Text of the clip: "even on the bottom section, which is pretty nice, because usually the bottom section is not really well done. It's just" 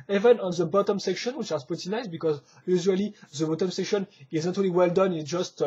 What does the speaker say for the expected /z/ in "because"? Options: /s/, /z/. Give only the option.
/z/